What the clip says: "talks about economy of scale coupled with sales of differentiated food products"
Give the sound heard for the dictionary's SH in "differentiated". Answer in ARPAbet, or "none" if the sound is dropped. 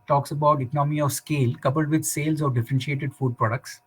SH